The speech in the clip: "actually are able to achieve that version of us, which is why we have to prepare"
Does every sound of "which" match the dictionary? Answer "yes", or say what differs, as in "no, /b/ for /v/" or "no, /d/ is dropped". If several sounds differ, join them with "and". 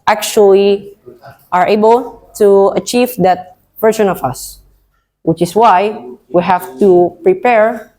yes